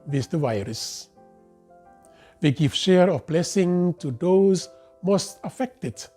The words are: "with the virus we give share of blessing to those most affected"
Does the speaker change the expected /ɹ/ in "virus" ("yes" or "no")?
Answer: no